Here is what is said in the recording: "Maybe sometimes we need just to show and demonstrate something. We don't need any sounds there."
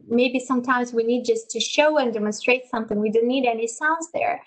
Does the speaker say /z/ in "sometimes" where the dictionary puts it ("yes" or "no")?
yes